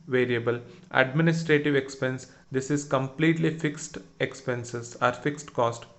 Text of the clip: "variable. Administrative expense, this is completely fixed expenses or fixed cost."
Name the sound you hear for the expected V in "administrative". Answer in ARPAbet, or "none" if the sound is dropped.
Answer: V